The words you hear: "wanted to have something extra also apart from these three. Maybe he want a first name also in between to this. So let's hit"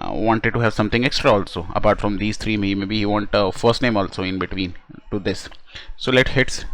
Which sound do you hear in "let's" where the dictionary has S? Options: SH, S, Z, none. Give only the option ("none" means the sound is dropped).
none